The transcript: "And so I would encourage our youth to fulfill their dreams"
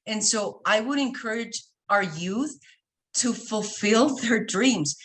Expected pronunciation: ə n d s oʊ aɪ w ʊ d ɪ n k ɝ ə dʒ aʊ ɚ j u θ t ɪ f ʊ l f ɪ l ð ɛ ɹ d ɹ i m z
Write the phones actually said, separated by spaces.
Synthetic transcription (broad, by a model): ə n s oʊ aɪ w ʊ d ɪ n k ɝ ə dʒ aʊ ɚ j u θ t ɪ f ʊ l f ɪ l ð ɛ ɹ d ɹ i m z